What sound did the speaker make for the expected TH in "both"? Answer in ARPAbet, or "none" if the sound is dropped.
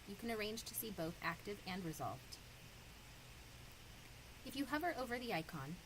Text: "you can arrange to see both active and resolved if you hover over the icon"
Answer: TH